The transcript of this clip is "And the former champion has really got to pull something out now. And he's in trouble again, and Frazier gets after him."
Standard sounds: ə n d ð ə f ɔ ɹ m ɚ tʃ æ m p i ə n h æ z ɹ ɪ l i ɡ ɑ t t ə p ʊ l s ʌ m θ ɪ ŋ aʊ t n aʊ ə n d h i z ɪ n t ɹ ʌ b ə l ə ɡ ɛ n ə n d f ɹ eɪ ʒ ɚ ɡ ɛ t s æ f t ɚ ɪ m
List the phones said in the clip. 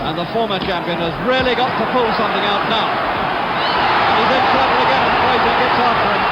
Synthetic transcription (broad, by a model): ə n ð ə f ɔ ɹ m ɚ tʃ æ m p i ə n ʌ z ɹ ɪ l i ɡ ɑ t t ə p ʊ l s ʌ m θ ɪ ŋ aʊ t n aʊ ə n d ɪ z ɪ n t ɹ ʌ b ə l ə ɡ ɛ n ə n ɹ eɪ z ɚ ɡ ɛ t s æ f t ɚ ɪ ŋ